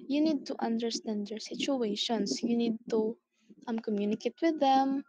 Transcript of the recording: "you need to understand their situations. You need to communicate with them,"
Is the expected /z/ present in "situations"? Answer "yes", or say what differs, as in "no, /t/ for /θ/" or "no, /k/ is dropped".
no, /s/ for /z/